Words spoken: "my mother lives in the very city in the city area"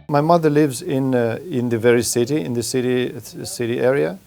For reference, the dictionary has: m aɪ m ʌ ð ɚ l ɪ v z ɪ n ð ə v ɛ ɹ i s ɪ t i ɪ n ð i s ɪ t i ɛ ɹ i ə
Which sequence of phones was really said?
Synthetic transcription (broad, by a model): m aɪ m ʌ ð ɚ l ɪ v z ɪ n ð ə v ɛ ɹ i s ɪ t i ɪ n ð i s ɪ t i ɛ ɹ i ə